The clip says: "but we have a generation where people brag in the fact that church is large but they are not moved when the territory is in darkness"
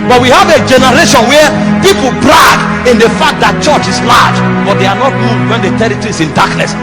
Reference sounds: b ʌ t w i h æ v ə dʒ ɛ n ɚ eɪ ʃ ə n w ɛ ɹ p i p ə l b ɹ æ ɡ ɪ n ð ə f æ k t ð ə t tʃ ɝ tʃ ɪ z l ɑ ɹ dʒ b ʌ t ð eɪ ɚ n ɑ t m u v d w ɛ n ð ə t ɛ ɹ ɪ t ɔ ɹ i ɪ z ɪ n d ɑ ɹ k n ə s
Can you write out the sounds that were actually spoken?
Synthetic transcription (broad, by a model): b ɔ t w i h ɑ v ə dʒ ɛ n ɚ eɪ ʃ ə n w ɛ p i p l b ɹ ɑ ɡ ɪ n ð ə f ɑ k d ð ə t tʃ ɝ tʃ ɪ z l ɑ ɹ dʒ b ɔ t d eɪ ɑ n ɑ t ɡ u d w ɛ n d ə t ɛ ɹ ɪ t ɔ ɹ i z ɪ n d ɑ k n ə s